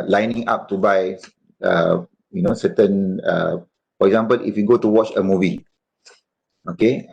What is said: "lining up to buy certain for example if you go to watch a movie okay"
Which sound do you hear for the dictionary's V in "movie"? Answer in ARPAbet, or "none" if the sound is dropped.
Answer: V